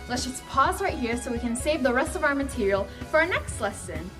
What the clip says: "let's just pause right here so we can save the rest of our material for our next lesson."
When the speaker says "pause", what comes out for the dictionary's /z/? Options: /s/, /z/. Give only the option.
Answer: /z/